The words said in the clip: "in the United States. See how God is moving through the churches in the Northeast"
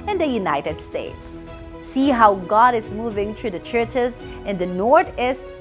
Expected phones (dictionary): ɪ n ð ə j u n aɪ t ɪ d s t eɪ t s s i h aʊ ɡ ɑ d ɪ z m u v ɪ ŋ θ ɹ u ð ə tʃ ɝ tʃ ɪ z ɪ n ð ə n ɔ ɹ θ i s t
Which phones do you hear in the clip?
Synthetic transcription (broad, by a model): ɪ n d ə j u n aɪ t ɪ d s t eɪ t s s i h aʊ ɡ ɑ d ɪ z m u v ɪ ŋ t ɹ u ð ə tʃ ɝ tʃ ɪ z ɪ n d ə n ɔ ɹ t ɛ s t